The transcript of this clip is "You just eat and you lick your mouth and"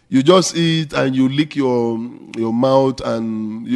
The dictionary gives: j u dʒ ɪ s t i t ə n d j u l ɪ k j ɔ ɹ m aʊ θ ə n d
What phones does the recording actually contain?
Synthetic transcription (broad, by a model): j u dʒ ɪ s t i t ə n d j u l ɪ k j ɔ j m aʊ t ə n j